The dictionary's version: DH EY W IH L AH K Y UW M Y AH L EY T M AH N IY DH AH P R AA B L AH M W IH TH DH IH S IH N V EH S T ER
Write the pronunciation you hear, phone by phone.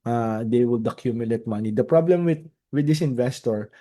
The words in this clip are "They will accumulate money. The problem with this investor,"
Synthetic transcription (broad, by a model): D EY W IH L AH K Y UW M Y AH L EY T M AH N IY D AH P R AA B L AH M W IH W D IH S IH N V EH S T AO